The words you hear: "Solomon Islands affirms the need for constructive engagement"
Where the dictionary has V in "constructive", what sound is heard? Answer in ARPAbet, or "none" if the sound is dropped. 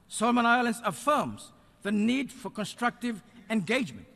V